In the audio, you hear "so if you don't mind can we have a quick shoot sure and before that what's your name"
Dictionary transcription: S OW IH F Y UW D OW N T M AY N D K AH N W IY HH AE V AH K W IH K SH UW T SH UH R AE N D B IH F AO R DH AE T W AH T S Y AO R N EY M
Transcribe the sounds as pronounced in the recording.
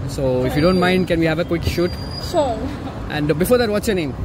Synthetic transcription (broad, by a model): S OW IH F Y UW D OW N T M AY N D K AH N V IY HH AE V AH K W IH K SH UW T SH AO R AE N D B IH F AO R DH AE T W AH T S Y AO R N EY M